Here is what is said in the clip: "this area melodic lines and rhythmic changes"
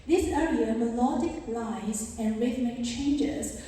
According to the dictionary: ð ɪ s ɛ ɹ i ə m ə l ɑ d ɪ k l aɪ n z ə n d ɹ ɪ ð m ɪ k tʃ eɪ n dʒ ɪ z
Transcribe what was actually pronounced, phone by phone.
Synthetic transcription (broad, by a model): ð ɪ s ɛ ɹ i ə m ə l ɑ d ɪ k l aɪ z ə n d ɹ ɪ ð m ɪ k tʃ eɪ n dʒ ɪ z